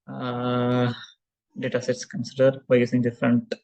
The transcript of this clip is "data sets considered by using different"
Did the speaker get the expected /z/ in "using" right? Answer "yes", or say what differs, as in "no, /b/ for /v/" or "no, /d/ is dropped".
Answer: no, /s/ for /z/